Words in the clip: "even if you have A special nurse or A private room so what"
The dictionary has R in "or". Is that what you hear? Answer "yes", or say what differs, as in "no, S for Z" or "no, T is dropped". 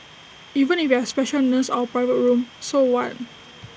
no, W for R